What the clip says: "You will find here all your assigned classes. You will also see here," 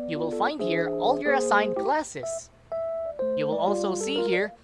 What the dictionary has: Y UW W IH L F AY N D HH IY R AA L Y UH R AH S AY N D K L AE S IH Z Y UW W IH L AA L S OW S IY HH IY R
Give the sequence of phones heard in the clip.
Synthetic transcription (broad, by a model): Y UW W IH L F AY N D HH IY R AA L Y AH R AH S AY N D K L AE S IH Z Y UW W IH L AA L S OW S IY HH IY R